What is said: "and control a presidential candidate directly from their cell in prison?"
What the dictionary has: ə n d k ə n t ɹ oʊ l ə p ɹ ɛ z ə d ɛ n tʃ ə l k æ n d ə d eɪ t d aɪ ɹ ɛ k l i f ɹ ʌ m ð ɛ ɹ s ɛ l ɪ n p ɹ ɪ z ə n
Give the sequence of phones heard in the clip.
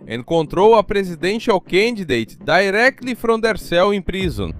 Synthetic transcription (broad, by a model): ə k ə n t ɹ oʊ w ə p ɹ ɛ z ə d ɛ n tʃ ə w k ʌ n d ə d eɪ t d aɪ ɹ ɛ k l i f ɹ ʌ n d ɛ ɹ s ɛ w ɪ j p ɹ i z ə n